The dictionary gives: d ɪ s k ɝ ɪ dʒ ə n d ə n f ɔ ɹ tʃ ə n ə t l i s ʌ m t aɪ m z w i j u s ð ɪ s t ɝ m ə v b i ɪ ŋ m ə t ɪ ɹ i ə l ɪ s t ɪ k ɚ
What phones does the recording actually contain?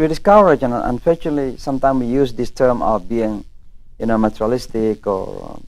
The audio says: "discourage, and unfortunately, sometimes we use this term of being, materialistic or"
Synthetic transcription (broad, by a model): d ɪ s k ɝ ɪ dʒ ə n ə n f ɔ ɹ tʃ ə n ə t l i s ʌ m t aɪ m w i j u s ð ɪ s t ɝ m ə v b i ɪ ŋ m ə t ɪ ɹ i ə l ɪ s t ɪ k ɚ